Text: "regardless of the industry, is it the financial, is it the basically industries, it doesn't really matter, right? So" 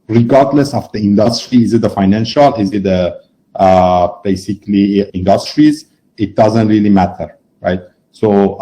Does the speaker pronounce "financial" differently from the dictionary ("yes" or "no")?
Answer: no